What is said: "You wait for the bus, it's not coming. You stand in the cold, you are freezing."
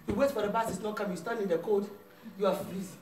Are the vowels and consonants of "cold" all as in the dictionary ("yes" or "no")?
no